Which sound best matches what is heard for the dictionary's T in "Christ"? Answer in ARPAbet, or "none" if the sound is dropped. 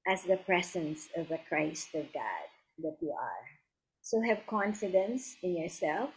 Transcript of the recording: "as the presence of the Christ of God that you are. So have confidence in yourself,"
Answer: T